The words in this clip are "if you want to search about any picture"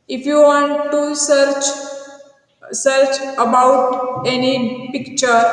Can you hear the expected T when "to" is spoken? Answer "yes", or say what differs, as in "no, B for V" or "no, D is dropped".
no, S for T